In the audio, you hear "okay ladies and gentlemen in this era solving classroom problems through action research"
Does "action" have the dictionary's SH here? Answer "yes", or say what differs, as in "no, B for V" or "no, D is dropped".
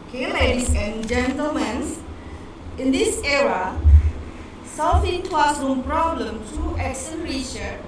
no, S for SH